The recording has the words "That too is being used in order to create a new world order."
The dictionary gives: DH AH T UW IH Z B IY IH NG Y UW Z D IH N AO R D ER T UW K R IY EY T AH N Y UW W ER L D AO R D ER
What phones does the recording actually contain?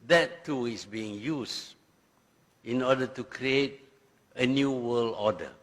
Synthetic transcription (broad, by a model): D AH T UW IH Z B IY IH NG Y UW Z IH N AO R D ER T UW K R IY EY T AH N Y UW W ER L AO D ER